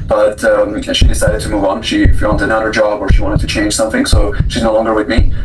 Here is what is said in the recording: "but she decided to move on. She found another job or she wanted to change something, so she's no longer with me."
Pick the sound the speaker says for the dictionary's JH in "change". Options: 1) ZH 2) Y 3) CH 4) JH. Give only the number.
1